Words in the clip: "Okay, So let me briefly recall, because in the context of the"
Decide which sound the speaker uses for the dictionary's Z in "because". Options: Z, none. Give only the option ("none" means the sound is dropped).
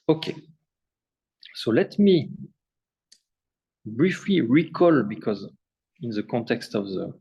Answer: Z